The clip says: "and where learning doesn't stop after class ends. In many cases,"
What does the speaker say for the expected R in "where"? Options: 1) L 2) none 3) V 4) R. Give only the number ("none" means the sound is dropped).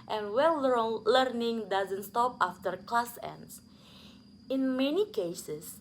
1